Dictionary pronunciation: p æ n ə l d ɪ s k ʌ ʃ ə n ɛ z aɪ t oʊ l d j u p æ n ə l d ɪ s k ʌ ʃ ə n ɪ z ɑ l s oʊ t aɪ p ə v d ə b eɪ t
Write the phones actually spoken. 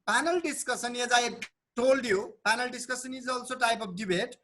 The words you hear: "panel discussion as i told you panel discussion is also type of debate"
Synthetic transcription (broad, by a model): p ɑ n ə l d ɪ s k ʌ s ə n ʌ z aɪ t oʊ l d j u p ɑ n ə l d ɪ s k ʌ s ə n ɪ z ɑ l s oʊ t aɪ p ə p d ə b eɪ t